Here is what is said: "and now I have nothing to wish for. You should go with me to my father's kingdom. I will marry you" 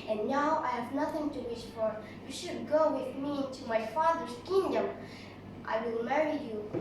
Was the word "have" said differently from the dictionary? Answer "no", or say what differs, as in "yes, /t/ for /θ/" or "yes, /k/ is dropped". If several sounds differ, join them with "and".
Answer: no